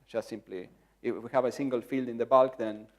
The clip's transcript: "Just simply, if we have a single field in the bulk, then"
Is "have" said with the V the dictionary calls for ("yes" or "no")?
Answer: yes